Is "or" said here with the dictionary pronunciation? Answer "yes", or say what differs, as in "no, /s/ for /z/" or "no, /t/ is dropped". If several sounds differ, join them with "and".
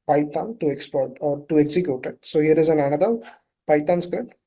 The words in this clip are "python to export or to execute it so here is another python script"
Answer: yes